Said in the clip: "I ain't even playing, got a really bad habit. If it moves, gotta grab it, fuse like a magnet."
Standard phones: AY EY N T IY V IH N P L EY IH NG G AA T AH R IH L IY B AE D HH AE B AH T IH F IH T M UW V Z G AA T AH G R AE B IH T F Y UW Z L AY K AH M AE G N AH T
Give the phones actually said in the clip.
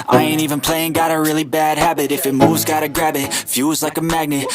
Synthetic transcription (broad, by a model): AY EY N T IY V IH N P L EY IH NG G AA T AH R IH L IY B AE D HH AE B AH T IH F IH T M UW V Z G AA T AH G R AE B IH T F Y UW Z L AY K AH M AE G N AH T